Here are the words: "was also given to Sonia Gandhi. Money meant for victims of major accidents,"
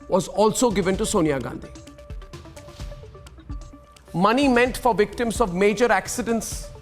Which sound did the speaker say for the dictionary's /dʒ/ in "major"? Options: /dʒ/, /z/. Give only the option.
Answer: /dʒ/